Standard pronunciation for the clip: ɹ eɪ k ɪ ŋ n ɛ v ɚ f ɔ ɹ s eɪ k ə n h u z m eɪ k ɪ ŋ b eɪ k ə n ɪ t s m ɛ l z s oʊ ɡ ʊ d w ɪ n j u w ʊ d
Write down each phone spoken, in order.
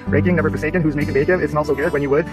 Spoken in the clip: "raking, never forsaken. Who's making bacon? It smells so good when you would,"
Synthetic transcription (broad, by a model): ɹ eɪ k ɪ ŋ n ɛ b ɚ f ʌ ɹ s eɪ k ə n h u z m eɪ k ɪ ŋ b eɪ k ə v ɪ t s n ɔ l s oʊ ɡ ʊ d w ɪ n j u w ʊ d